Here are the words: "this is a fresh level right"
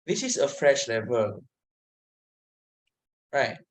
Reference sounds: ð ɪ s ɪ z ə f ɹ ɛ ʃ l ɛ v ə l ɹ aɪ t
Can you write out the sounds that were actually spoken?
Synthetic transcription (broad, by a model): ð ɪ s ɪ s ə f ɹ ɛ ʃ l ɛ v ə l ɹ aɪ t